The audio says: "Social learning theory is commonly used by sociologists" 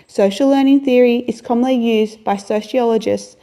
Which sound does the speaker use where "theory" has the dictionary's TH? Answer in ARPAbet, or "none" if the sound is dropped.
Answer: TH